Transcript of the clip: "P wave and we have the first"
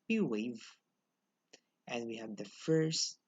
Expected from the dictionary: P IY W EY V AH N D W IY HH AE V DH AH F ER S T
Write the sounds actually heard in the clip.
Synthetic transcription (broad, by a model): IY W EY V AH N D W IY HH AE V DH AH F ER S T